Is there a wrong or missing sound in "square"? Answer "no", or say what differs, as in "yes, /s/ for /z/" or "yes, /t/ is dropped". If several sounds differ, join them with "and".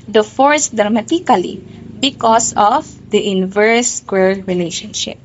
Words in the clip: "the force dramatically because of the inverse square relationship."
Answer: yes, /l/ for /ɹ/